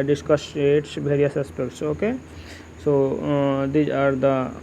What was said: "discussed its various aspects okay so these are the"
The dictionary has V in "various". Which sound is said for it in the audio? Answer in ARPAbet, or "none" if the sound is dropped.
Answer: B